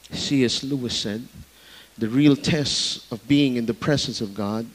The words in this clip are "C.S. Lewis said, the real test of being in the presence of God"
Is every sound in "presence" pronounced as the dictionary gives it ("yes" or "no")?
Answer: yes